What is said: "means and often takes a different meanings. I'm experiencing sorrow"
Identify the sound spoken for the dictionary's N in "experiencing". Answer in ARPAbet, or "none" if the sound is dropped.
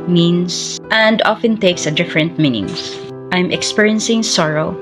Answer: N